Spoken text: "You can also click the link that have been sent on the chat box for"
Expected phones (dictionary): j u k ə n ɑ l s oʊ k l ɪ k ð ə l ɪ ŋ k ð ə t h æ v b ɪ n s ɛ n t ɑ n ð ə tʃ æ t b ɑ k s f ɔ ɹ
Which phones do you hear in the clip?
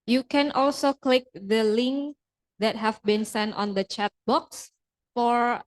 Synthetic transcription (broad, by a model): j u k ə n ɑ l s oʊ k l ɪ k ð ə l ɪ ŋ k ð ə t h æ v b ɪ n s ɛ n t ɑ n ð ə tʃ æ t b ɑ k s f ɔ ɹ